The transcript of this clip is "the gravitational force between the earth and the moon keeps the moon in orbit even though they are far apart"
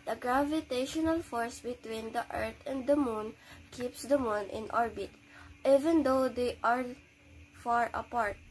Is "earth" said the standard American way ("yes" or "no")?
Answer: no